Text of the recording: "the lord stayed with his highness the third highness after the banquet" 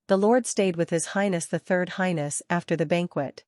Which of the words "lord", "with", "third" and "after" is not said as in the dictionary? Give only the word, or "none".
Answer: none